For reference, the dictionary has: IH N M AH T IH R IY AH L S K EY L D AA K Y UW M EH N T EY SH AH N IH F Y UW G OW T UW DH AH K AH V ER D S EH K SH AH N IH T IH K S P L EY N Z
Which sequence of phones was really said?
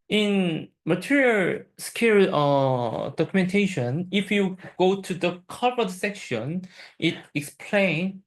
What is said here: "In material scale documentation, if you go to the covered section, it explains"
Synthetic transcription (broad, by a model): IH N M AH T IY R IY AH L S K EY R D AA K Y UW M EH N T EY SH AH N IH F Y UW G OW T UW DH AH K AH P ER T S EH K SH AH N IH T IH K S P L EY N